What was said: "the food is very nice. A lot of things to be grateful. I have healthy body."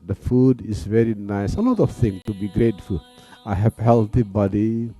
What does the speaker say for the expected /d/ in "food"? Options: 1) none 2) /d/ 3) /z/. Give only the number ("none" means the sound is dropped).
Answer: 2